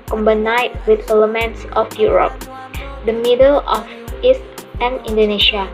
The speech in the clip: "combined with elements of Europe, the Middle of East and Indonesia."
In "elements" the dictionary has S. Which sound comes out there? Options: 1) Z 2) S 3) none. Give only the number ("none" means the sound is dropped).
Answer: 2